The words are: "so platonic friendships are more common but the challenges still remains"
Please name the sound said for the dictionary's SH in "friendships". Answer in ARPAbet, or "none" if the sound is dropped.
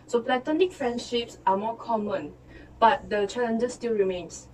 SH